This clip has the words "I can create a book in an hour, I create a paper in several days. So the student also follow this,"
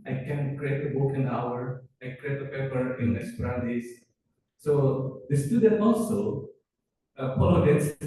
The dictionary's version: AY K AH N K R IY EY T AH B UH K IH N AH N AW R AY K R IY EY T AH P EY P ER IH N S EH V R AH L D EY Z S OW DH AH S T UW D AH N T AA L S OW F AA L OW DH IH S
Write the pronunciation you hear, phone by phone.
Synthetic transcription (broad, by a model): AY K AH N K R IY EY T AH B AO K IH N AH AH R AY K R IY EY T AH P EY P ER IH N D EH P R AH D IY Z S OW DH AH S T UW D AH N T AA L S OW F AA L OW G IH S